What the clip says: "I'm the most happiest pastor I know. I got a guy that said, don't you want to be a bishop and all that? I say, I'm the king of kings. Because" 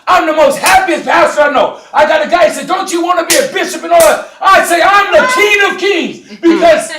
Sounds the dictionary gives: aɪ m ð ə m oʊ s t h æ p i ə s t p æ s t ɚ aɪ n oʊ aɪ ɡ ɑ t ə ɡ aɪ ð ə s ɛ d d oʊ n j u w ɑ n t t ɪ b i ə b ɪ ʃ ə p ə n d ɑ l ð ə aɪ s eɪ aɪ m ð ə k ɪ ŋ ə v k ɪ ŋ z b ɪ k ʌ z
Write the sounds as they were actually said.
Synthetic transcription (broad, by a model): aɪ m ð ə m oʊ s t h æ p i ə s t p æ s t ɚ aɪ n oʊ aɪ ɡ ɑ t ə ɡ aɪ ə s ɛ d d oʊ n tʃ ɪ w ɑ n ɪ b i ə b ɪ ʃ ə p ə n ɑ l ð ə aɪ s eɪ aɪ m ð ə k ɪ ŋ ə v k ɪ ŋ z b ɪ k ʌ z